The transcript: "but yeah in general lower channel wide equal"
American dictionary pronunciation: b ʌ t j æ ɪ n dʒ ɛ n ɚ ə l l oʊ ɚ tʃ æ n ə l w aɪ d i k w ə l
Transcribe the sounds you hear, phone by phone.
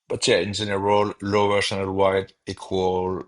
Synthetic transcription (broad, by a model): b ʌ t j æ ɪ n z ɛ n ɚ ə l l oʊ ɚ s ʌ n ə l w aɪ d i k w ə l